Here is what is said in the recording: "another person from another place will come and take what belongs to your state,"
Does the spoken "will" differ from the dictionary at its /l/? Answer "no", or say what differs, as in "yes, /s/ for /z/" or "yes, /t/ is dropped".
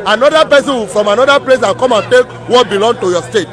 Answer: yes, /n/ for /l/